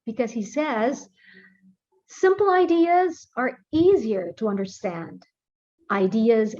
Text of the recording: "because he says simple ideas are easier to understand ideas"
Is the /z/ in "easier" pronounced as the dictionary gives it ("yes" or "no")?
yes